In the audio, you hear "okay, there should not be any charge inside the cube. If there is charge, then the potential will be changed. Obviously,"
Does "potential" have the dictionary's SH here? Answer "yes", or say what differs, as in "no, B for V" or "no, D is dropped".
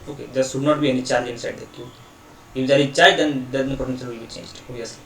no, S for SH